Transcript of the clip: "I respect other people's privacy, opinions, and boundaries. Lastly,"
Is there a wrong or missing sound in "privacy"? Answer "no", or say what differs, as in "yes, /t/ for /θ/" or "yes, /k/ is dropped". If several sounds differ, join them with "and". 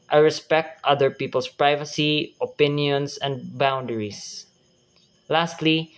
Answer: no